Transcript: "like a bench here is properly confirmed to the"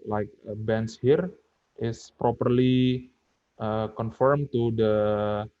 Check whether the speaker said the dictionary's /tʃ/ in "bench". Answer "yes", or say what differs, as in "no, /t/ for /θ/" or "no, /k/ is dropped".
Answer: no, /s/ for /tʃ/